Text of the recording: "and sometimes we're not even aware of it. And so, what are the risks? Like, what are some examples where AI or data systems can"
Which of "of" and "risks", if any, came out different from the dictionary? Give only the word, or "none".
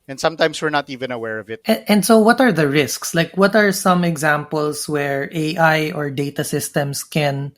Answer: none